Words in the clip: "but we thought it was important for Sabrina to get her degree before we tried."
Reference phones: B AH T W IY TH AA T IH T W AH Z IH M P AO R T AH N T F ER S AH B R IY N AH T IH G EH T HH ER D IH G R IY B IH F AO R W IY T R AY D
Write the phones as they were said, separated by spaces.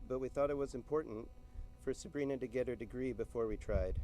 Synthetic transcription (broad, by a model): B AH T W IY TH AA T IH T W AH Z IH M P AO R T N T F ER S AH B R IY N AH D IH G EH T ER D IH G R IY B IH F AO R W IY T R AY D